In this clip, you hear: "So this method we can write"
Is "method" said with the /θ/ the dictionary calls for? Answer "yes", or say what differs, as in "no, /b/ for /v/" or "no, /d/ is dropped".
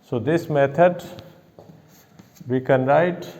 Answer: no, /t/ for /θ/